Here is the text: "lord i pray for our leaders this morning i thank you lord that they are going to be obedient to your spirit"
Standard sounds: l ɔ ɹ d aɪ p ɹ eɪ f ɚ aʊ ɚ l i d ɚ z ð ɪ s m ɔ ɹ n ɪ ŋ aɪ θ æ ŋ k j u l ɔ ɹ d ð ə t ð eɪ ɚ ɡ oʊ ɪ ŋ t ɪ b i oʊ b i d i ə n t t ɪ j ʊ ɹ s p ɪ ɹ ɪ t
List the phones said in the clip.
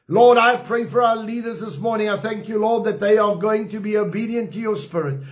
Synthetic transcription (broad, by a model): l ɔ ɹ d aɪ p ɹ eɪ f ɚ aʊ ɚ l i d ɚ z ð ɪ s m ɔ ɹ n ɪ ŋ aɪ θ æ ŋ k j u l ɔ ɹ d ð ə t ð eɪ ɚ ɡ oʊ ɪ ŋ t ɪ b i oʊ b i d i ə n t t ɪ j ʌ ɹ s p ɪ ɹ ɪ t